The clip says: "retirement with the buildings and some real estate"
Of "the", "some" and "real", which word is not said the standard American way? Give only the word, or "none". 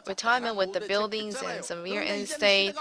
real